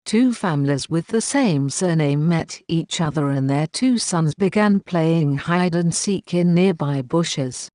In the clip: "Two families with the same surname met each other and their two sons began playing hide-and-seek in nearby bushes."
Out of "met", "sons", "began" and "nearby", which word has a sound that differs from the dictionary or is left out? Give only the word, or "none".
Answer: none